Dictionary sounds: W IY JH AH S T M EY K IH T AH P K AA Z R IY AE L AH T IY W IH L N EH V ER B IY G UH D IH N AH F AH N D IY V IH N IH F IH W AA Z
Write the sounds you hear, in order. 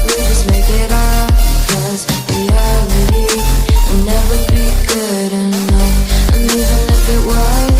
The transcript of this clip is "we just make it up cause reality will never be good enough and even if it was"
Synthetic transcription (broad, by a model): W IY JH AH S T M EY K IH T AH B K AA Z W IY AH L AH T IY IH N EH V ER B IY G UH D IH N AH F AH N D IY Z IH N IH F IH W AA